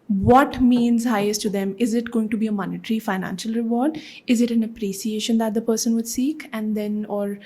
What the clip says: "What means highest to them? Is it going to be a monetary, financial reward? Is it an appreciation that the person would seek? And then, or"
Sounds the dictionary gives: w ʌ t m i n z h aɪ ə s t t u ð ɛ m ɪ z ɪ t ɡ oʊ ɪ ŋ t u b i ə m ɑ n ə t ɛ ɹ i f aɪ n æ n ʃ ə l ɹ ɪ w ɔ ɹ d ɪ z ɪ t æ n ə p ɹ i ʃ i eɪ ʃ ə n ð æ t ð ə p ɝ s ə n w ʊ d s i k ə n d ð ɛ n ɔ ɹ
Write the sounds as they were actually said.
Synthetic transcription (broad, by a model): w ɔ t m i n z h aɪ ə s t t u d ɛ m ɪ z ɪ t ɡ oʊ ɪ ŋ t u b i ə m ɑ n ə t ɹ i f aɪ n æ n ʃ ə l ɹ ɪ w ɔ ɹ d ɪ z ɪ t æ n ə p ɹ i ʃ i eɪ ʃ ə n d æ t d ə p ɝ s ə n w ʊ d s i k ə n d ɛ n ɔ ɹ